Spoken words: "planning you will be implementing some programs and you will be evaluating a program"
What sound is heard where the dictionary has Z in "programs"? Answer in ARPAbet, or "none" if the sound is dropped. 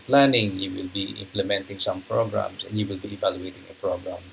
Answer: S